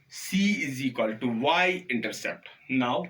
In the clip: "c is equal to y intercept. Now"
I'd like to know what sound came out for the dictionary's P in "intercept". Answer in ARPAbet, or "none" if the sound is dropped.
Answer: P